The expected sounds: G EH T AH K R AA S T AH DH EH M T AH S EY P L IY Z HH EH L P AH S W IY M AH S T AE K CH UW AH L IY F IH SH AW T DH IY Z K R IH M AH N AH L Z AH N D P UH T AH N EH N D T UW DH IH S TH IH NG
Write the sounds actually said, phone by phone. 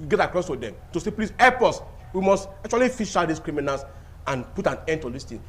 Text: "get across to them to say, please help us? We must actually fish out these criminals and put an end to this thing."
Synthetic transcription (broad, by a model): G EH T AH K R AA S T AH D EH M T AH S EY P L IY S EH P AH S W IY M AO S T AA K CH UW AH L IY F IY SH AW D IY S K R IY M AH N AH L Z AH N P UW T AH N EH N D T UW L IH S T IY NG